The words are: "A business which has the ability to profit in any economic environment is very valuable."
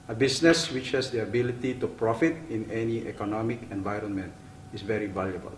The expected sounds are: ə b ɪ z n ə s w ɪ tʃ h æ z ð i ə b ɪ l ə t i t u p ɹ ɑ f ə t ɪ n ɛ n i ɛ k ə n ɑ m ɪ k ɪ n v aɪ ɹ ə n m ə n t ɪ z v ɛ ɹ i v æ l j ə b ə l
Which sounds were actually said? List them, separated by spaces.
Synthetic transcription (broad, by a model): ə b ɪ s n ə s w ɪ tʃ h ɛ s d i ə b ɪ l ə t i t u p ɹ ɑ f ə t ɪ n ɛ n i ɛ k ə n ɑ m ɪ k ɪ n v aɪ ɹ ə n m ə n t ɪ s v ɛ ɹ i v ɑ l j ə b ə l